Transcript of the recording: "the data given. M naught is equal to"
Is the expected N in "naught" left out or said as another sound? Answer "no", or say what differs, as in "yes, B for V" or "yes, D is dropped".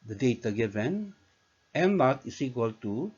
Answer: yes, L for N